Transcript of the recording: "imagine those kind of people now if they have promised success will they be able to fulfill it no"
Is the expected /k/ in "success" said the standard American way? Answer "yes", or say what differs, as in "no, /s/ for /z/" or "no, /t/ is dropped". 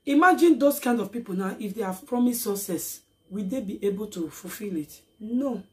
no, /k/ is dropped